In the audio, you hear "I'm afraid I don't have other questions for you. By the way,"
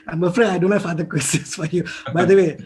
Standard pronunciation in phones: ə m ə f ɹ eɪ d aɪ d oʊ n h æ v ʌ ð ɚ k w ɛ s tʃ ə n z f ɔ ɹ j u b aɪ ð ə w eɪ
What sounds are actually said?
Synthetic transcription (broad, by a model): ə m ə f ɹ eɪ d aɪ d oʊ n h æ f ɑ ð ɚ k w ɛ s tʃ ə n s f ɔ ɹ j u b aɪ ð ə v eɪ